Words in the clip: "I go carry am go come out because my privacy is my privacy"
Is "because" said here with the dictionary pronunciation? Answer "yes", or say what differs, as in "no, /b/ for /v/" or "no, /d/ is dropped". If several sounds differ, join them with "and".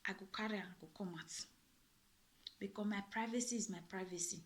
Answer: no, /z/ is dropped